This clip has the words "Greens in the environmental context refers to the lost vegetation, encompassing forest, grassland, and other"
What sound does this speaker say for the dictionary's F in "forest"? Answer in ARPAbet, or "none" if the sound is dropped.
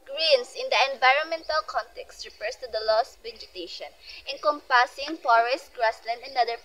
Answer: P